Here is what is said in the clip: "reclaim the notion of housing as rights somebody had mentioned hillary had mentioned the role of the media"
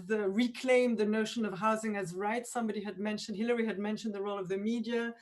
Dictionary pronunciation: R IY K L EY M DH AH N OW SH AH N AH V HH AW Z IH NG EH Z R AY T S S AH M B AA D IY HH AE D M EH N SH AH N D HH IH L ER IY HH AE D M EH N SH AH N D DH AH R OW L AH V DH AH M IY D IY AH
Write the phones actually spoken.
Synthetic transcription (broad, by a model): R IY K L EY M DH AH N OW SH AH N AH V HH AW Z IH NG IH Z R AY T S S AH M B AA D IY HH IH D M EH N SH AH N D HH IH L ER IY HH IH D M EH N SH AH N DH AH R OW L AH V DH AH M IY D IY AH